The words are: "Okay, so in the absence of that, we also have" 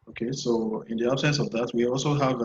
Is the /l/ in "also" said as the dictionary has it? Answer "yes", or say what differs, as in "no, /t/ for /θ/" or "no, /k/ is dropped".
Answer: yes